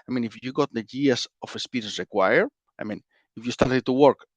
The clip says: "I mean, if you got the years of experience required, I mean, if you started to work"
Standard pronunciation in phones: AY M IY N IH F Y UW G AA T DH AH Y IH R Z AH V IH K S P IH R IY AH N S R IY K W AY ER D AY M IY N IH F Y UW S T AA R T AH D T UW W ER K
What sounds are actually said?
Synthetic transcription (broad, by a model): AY M IY N IH F Y UW G AA T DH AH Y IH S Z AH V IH S P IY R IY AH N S R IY K W AY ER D AY M IY N IH F Y UW S T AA R T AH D T UW W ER K